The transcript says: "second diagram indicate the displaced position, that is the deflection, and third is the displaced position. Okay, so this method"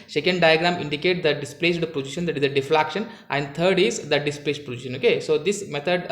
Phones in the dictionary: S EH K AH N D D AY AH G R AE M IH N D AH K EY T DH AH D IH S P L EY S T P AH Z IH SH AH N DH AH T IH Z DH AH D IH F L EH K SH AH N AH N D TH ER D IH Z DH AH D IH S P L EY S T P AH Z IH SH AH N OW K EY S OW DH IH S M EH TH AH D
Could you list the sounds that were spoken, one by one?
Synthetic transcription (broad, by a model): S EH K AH N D D AY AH G R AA M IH N D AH K EY T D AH D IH S P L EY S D P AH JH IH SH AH N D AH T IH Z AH D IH F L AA K SH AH N AH N D T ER D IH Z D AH D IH S P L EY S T P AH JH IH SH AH N OW K EY S OW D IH S M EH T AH D